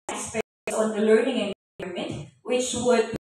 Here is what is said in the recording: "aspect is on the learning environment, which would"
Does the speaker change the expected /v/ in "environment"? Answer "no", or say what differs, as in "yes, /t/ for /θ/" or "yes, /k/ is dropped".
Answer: yes, /v/ is dropped